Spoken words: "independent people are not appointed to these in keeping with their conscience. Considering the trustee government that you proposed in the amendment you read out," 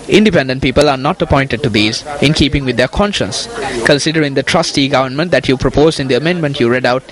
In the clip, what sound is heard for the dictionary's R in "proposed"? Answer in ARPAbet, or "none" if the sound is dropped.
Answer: R